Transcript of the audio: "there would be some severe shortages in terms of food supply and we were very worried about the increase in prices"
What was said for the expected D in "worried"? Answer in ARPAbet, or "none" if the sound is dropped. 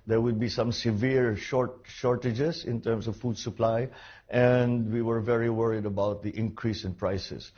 D